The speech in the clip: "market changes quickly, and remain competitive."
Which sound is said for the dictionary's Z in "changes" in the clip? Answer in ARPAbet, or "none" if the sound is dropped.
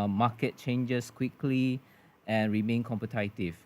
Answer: S